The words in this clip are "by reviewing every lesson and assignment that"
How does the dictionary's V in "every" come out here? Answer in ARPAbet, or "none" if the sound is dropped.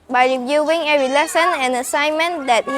none